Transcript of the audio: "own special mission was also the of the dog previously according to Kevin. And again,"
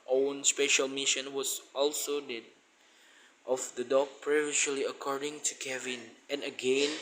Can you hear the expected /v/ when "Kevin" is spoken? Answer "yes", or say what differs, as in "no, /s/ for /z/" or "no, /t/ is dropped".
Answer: yes